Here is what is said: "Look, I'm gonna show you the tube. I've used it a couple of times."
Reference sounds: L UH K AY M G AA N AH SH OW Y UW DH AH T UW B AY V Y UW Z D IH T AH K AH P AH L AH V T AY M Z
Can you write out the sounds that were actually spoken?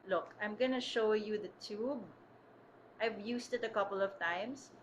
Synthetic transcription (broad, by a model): L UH K AY M G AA N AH SH OW Y UW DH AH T UW B AY V Y UW S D IH T AH K AH P AH L AH V T AY M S